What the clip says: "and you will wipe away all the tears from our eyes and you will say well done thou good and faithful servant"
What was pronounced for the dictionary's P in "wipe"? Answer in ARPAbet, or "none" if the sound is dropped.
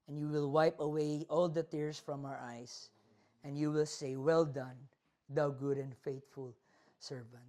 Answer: P